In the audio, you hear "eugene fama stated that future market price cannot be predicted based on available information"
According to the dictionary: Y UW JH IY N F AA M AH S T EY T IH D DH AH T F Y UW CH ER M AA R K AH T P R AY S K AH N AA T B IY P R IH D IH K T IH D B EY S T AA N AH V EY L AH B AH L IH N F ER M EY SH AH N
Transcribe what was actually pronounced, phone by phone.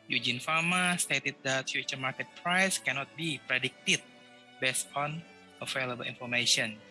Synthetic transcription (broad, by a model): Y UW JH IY N F AA M AH S T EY T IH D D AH T F Y UW CH ER M AA R K AH T P R AY S K AH N AA T B IY P R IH D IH K T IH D B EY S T AA N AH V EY L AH B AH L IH N F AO M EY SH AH N